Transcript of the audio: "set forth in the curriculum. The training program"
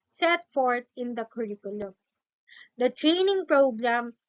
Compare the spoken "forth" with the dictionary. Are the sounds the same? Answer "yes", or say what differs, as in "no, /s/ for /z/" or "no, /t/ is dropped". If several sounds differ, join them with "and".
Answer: no, /t/ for /θ/